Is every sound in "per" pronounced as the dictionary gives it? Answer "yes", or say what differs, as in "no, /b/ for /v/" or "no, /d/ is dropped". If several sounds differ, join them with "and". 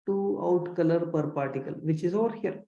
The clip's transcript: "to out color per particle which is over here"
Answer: yes